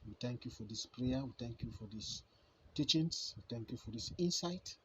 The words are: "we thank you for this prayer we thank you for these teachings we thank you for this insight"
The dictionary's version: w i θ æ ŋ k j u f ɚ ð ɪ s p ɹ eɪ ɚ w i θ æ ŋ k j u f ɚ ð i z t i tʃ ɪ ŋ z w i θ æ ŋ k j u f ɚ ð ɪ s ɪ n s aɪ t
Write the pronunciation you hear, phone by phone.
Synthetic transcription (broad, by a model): w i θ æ ŋ k j u f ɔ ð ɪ s p ɹ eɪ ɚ w i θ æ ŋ k j u f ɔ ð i s t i tʃ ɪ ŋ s w i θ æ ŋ k j u f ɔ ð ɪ s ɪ n s aɪ t